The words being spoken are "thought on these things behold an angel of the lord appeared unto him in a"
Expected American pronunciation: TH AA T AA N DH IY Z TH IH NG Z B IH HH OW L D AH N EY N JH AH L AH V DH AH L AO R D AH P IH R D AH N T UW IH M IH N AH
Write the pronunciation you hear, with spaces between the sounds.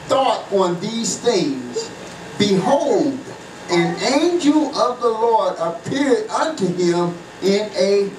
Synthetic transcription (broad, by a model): TH AA T N DH IY Z TH IH NG Z B IH HH OW L D AH N EY N JH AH L AH V DH AH L AO R D AH P IH R D AH N T UW IH M IH N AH